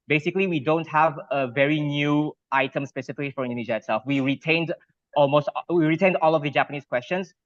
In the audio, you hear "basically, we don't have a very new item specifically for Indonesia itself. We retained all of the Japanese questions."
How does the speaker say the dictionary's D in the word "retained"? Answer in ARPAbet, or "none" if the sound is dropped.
D